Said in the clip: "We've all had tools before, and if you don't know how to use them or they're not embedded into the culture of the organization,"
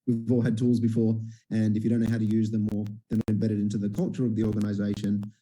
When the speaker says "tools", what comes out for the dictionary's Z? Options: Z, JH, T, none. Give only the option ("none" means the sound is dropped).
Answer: Z